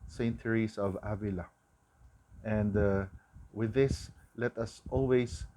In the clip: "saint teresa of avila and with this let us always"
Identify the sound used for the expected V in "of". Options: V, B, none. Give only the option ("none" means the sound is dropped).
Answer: V